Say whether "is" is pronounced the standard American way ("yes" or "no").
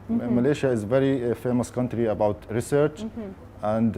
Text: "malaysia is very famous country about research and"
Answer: yes